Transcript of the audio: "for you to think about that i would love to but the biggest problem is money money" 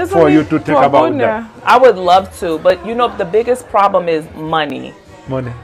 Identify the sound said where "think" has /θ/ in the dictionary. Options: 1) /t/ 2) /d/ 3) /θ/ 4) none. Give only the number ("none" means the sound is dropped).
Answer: 1